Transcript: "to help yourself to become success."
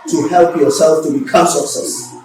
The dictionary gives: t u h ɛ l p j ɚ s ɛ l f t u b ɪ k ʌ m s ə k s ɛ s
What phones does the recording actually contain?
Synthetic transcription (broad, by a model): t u h ɛ l p j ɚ s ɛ l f t u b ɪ k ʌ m s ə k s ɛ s